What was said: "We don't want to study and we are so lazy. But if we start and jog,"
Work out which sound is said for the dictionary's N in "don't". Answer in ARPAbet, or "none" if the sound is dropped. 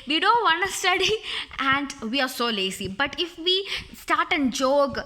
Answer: N